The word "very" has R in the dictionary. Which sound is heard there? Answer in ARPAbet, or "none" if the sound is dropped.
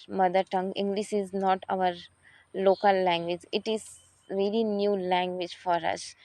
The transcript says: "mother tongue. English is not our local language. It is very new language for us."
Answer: L